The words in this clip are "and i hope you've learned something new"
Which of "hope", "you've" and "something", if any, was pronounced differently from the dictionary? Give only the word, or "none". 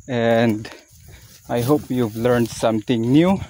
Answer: something